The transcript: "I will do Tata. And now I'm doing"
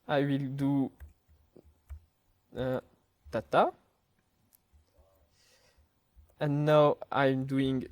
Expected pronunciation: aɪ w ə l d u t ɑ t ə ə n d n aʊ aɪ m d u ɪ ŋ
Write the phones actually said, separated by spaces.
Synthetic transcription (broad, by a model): aɪ w ə l d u t ɑ t ə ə n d n aʊ aɪ m d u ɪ ŋ